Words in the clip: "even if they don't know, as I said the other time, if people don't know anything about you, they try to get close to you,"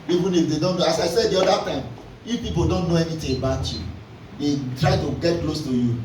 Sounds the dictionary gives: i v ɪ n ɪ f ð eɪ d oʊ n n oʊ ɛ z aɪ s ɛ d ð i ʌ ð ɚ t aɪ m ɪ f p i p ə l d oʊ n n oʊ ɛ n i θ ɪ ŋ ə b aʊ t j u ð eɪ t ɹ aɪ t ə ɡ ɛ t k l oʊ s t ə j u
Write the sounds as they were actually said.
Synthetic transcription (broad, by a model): i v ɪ n ɪ f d eɪ d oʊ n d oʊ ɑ s aɪ s ɛ d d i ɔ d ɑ t aɪ m ɪ f p i p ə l d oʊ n n oʊ ɛ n i t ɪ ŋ ə b aʊ t j u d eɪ t ɹ aɪ t ə ɡ ɛ t k l oʊ s t ə j u